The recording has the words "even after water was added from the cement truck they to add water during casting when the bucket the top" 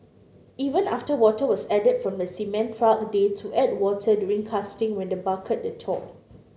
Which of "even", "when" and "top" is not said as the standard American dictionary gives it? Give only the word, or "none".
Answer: top